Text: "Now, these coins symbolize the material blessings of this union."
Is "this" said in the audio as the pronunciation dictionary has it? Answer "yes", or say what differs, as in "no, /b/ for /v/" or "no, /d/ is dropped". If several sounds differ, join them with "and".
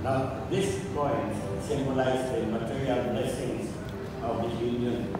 no, /s/ is dropped